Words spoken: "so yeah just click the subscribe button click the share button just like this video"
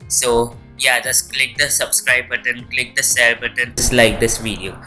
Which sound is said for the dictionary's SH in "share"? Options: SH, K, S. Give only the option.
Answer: S